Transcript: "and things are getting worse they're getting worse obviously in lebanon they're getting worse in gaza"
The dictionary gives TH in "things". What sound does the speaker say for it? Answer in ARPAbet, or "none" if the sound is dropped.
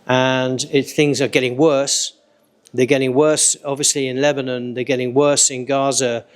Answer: TH